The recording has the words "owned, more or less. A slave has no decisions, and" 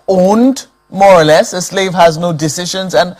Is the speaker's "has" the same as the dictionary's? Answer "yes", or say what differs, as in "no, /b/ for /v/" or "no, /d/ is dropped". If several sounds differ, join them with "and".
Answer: yes